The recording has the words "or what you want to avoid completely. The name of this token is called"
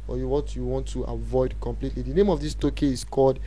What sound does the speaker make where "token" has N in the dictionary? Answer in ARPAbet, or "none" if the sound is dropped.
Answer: none